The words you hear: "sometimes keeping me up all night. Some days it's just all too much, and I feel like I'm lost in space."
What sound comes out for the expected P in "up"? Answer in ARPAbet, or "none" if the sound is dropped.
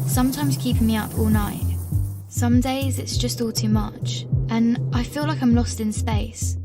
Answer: P